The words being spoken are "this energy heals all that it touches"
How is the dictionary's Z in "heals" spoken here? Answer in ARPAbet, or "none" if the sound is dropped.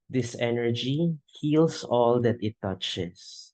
S